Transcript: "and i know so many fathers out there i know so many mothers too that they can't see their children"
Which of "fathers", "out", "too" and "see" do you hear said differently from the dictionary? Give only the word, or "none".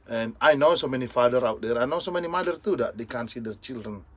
fathers